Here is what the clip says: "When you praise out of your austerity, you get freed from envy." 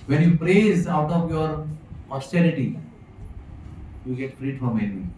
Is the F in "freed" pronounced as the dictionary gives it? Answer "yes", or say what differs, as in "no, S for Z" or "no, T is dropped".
no, P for F